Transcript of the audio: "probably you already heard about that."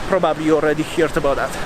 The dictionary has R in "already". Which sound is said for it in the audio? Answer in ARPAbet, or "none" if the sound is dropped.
R